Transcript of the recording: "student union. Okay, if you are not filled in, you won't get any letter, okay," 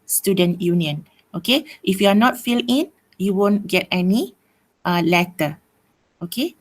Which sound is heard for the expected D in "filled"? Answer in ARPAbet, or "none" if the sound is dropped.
none